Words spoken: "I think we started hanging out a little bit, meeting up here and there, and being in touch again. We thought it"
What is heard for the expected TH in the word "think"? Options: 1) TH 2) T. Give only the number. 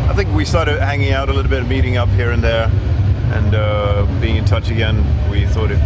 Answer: 1